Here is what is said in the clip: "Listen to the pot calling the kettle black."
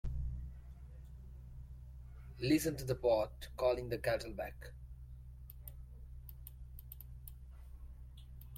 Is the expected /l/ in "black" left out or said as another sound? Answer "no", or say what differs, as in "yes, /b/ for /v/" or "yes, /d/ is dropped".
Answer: yes, /l/ is dropped